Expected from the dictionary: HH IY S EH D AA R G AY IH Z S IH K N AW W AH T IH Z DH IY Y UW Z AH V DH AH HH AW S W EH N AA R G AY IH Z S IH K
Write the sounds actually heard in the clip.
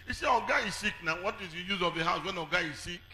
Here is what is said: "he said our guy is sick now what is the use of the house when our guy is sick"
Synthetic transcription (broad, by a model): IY S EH AA G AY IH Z S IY K N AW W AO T IH Z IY Y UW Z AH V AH HH AW S W EH N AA G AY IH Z S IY K